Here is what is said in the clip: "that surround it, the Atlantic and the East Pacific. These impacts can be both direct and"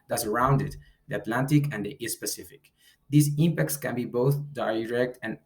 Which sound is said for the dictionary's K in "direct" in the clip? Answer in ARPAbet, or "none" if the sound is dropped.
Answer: K